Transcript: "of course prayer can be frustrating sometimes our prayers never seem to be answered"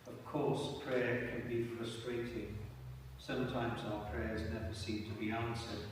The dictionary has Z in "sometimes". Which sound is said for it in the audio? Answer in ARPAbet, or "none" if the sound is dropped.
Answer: Z